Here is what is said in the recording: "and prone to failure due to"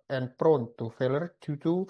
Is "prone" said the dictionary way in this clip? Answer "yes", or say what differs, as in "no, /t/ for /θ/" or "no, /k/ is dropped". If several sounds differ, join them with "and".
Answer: yes